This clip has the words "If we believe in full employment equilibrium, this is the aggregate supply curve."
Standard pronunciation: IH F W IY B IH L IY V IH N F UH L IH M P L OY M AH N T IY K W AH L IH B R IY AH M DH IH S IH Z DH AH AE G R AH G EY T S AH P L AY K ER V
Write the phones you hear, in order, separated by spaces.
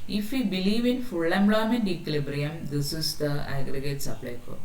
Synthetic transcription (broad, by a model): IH F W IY B IH L IY V IH N F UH L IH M B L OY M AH N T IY K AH L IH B R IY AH M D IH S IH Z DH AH AE G R AH G EY T S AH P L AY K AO